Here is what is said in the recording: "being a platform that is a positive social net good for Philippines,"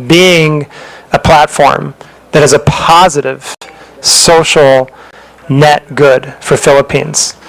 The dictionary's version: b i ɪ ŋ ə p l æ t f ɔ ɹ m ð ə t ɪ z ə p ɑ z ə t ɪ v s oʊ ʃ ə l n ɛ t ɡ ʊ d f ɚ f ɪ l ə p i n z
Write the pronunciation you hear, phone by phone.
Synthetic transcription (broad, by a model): b i ɪ ŋ ə p l æ t f ɔ ɹ m ð ə t ɪ z ə p ɑ z ə t ɪ v s oʊ ʃ l n ɛ t ɡ ʊ d f ɚ f ɪ l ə p i n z